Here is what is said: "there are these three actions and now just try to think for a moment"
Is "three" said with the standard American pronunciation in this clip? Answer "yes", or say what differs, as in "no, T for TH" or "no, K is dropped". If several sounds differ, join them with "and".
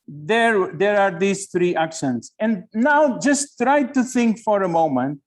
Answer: no, T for TH